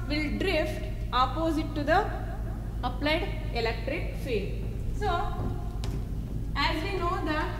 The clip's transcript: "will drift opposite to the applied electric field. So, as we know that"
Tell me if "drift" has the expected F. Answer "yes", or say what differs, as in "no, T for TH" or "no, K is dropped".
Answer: yes